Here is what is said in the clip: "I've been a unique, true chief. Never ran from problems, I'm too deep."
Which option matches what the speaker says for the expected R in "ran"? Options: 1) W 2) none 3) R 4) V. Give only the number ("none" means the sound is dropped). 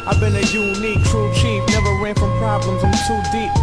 1